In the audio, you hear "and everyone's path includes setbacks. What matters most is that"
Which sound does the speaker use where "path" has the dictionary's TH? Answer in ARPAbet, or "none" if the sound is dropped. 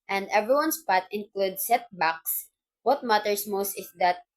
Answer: T